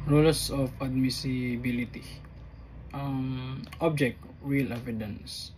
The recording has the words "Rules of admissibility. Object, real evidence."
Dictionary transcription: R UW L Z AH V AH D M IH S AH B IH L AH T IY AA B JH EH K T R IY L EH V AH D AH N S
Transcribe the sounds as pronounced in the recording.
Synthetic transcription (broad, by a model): R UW L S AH F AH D M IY S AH B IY L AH T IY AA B JH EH K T W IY L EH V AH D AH N S